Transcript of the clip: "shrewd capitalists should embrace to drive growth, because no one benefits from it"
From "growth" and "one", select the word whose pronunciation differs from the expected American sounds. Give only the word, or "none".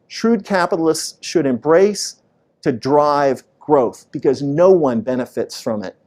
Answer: none